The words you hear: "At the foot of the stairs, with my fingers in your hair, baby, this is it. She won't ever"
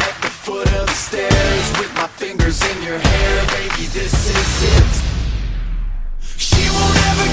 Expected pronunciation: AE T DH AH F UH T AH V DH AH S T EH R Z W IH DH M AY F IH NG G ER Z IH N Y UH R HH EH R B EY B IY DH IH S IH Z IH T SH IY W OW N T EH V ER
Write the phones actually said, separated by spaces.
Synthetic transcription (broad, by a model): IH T DH AH F UH T AH V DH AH S T EH R Z W IH DH M AY F IH NG G ER Z IH N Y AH R HH EH R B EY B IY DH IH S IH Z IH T SH IY W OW L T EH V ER